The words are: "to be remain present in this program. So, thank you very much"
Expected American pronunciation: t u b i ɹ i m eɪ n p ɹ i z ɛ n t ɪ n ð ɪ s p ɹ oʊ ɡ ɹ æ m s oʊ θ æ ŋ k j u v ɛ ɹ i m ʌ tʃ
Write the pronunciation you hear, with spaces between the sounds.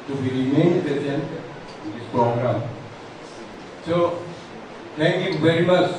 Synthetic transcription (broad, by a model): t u b i ɹ i m eɪ n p i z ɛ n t ɪ n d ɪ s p ɹ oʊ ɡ ɹ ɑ m s oʊ t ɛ ŋ k j u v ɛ ɹ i m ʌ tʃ